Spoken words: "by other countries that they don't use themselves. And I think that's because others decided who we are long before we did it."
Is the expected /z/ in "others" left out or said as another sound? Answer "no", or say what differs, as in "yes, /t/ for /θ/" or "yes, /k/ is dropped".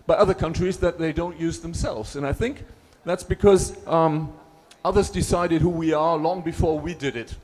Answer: no